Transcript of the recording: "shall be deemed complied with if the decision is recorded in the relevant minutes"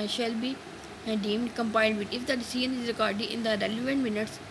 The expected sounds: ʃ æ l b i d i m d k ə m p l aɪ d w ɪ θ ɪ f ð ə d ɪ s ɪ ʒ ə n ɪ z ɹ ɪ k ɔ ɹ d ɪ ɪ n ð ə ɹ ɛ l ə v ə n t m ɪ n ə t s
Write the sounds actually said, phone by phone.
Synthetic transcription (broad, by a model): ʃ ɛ l b i d i m d k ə m p aɪ d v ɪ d ɪ f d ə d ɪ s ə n ɪ z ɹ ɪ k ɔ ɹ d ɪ ɪ n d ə ɹ ɛ l ə v ə n t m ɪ n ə t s